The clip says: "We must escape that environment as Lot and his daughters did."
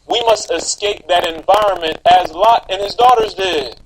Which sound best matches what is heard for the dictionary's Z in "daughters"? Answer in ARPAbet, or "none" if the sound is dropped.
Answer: Z